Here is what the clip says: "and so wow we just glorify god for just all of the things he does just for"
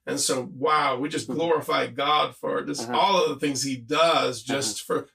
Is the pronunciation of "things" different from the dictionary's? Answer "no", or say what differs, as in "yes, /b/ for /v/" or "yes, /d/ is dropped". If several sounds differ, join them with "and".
no